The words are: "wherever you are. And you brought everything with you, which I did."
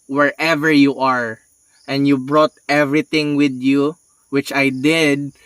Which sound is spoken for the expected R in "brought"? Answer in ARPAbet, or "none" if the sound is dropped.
R